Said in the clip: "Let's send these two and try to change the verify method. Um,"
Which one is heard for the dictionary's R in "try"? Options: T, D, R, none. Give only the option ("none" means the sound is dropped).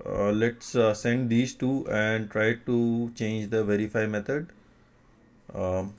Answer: R